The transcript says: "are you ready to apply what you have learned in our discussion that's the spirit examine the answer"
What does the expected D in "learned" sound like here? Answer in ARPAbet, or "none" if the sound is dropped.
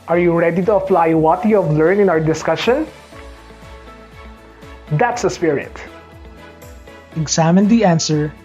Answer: none